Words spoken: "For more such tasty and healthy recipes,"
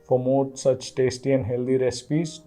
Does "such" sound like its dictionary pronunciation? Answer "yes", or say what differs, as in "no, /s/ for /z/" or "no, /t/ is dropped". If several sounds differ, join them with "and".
yes